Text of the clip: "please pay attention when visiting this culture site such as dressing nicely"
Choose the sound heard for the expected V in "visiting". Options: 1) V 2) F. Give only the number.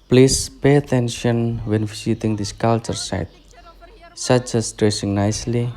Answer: 2